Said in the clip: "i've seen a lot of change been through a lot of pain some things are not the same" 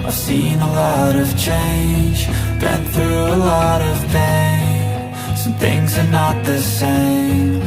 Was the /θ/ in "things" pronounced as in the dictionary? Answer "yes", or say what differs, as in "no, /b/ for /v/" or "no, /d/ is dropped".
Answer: yes